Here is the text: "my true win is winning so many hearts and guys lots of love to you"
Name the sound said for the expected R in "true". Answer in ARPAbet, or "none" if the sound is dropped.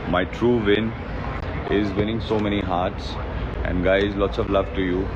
R